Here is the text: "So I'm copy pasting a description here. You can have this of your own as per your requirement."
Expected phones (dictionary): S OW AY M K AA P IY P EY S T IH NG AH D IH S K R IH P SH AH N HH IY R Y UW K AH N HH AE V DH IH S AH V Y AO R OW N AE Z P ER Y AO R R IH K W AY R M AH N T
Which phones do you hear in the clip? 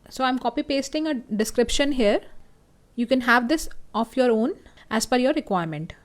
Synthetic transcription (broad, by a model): S OW AY M K AA P IY P EY S T IH NG AH D IH S K R IH P SH AH N HH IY R Y UW K AH N HH AE V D IH S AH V Y AO R OW N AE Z F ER Y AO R R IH K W AY R M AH N T